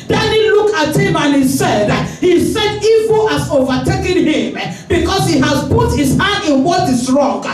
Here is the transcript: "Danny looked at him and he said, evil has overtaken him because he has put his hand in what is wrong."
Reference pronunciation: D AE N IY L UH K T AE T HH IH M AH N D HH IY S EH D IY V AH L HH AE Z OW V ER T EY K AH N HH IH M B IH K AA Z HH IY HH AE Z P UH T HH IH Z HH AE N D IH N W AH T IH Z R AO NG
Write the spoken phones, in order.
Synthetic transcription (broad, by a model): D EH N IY L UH K AA T HH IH M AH N D HH IY S EH D IY V AH L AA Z OW V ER T EY K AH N HH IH M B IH K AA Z HH IY HH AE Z P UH T HH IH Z HH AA N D IH N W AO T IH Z R AO NG